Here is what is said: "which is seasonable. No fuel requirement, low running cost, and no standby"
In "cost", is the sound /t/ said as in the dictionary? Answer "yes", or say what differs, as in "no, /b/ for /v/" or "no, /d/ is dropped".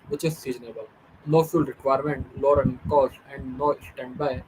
no, /t/ is dropped